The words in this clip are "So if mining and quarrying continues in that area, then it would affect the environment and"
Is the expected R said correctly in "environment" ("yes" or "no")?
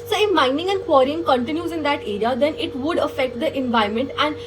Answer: no